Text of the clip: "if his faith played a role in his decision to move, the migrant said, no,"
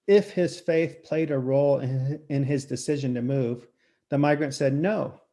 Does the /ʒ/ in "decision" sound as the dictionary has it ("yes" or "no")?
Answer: yes